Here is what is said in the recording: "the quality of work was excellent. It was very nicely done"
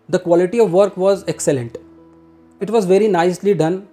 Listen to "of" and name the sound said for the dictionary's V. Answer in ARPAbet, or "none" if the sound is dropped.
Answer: V